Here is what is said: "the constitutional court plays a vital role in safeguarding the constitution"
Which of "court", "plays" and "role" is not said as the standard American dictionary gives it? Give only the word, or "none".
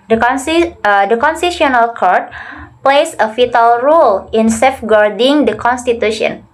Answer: plays